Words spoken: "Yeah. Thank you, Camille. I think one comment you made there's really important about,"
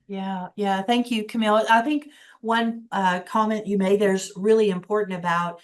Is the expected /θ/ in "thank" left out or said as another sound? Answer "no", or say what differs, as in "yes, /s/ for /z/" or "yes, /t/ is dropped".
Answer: no